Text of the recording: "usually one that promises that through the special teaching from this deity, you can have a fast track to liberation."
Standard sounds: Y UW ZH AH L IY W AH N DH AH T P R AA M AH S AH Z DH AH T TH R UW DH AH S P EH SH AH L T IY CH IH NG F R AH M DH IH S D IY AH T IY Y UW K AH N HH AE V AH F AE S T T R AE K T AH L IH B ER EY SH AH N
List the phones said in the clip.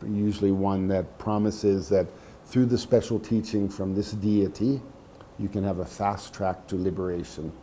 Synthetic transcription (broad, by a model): Y UW ZH L IY W AH N DH AH T P R AA M AH S AH Z DH AH T TH R UW DH AH S P EH SH L T IY CH IH NG F R AH M DH IH S D IY AH T IY Y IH K AH N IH V AH F AE S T T R AE K T AH L IH B ER EY SH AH N